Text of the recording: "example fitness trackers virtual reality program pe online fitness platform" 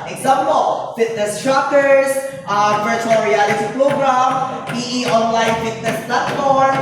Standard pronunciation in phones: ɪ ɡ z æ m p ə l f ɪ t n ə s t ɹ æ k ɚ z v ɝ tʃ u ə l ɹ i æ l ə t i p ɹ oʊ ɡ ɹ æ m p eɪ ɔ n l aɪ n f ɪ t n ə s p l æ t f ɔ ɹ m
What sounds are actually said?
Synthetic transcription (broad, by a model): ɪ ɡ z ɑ m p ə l f ɪ t n ə s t ɹ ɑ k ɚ s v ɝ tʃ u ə l ɹ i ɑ l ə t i p ɹ oʊ ɡ ɹ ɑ m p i ɔ n l aɪ n f ɪ t n ə s p l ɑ t f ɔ ɹ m